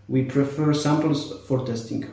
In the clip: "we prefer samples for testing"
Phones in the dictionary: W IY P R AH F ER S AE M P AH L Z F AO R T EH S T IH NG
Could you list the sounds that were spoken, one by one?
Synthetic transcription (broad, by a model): W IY P R AH F ER S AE M P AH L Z F AO R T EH S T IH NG